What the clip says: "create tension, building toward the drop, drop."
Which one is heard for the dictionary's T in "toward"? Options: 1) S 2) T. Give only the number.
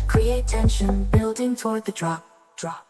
2